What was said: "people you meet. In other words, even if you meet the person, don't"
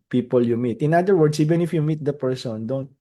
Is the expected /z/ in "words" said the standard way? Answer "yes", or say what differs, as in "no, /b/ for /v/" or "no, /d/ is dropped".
no, /s/ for /z/